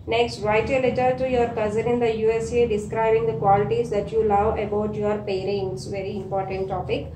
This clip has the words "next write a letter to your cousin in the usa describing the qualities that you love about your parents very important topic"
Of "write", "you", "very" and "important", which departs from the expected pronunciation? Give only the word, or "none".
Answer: none